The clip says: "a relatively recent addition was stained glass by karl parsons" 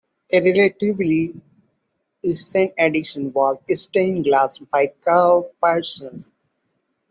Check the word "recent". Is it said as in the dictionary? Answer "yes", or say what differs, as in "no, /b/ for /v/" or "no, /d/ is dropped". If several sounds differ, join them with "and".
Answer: no, /t/ is dropped